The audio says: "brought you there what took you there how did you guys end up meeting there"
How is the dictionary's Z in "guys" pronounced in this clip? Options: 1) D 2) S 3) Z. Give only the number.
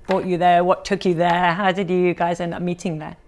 3